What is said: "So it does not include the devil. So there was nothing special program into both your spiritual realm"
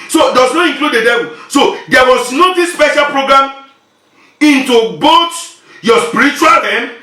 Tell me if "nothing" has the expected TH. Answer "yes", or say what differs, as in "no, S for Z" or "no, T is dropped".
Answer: no, T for TH